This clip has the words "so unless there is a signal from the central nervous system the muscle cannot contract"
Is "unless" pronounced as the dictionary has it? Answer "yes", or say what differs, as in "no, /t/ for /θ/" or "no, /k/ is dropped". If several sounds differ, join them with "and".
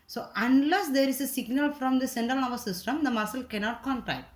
yes